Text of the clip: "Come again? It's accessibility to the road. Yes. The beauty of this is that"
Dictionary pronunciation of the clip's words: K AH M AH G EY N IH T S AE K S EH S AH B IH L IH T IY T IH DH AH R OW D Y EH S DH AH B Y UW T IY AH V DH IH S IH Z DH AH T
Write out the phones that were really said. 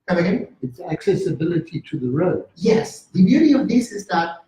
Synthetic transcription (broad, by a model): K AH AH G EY IH T S AE K S EH S AH B IH L IH T IY T IH DH AH R OW D Y EH S DH AH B Y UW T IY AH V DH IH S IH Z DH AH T